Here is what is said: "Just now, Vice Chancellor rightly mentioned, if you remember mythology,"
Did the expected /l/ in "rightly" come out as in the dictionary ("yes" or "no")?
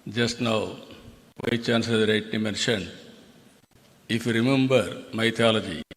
no